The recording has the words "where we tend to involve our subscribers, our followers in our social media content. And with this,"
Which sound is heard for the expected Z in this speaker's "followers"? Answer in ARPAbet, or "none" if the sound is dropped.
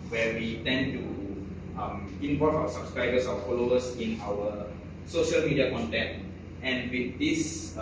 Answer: S